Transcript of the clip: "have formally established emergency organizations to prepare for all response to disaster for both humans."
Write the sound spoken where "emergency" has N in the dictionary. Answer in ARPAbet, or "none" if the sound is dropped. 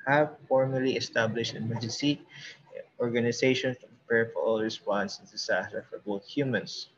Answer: none